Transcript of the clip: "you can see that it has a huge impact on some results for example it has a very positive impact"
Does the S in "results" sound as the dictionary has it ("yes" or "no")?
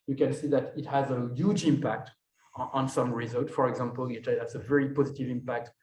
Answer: no